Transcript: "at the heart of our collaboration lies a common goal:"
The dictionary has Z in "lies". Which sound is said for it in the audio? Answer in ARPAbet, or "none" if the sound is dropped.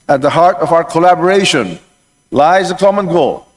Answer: Z